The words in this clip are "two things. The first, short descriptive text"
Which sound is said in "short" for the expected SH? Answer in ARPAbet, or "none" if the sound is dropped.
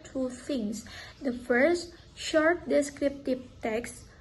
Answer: SH